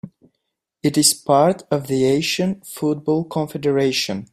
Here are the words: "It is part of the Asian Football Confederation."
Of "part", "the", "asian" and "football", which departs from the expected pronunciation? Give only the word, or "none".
asian